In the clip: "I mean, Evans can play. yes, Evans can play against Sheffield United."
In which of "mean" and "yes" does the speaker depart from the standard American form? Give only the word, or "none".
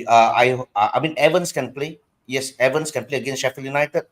none